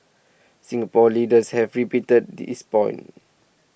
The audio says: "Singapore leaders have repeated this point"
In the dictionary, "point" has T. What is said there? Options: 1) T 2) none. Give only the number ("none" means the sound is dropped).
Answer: 2